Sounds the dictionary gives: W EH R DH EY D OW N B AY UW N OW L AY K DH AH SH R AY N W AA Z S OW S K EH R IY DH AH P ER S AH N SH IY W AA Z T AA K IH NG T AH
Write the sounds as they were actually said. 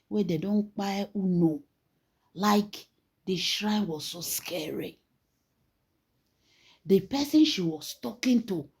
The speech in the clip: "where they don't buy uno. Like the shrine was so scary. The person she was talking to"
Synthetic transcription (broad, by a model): W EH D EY D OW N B AY UW N OW L AY K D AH SH R AY N W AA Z S OW S K EH R IY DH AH P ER S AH N SH IY W AA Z T AA K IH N T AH